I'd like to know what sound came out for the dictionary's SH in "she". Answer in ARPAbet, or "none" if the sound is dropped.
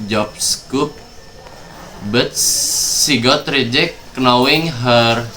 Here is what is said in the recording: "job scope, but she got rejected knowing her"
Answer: S